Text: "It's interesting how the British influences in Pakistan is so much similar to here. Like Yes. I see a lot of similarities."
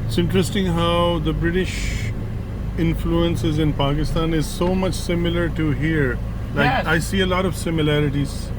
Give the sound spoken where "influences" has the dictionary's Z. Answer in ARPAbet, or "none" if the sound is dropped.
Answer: Z